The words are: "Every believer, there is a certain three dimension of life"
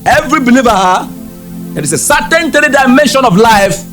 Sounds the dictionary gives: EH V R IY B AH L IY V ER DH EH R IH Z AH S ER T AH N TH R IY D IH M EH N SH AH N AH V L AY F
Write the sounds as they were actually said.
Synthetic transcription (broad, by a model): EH V R IY B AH L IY V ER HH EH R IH S AH S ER T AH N T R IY D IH M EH N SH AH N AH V L AY F